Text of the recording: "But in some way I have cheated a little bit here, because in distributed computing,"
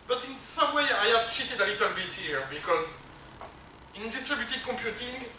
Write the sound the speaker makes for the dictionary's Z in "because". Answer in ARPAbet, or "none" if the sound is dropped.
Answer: Z